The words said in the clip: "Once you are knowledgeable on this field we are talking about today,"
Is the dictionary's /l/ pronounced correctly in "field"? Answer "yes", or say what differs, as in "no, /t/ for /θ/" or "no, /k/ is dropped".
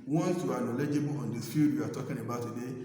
no, /l/ is dropped